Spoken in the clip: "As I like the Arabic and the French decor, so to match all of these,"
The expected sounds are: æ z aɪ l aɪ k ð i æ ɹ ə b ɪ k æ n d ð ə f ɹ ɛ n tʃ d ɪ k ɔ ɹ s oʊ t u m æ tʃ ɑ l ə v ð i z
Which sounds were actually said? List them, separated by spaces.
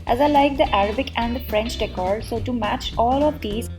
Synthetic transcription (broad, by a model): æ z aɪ l aɪ k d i æ ɹ ə b ɪ k æ n d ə f ɹ ɛ n tʃ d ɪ k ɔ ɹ s oʊ t u m æ tʃ ɑ l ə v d i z